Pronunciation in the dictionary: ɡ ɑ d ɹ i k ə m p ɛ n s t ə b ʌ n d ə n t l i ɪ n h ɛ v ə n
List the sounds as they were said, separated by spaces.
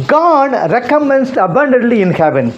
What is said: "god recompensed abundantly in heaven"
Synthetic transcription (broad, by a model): ɡ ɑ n ɹ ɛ k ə m ɛ n s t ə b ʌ n d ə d l i ɪ n h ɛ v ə n